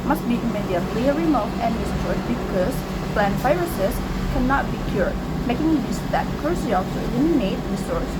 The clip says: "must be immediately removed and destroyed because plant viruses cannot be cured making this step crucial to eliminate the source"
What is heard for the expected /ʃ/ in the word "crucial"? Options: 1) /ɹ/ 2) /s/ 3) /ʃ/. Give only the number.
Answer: 2